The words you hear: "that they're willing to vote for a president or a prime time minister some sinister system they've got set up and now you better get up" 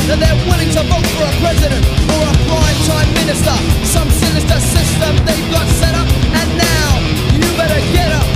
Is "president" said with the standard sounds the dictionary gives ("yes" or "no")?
yes